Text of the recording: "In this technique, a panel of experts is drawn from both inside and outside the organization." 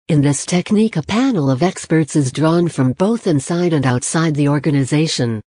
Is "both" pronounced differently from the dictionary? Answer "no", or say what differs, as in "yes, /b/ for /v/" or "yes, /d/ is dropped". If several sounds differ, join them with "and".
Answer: no